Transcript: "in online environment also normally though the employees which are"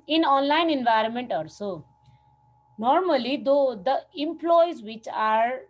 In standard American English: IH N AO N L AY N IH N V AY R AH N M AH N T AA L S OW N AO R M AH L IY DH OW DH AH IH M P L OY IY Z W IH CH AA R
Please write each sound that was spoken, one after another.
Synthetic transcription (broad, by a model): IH N AO N L AY N IH N V AY R AH N M AH N T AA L S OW N AO R M AH L IY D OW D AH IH M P L OY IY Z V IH CH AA R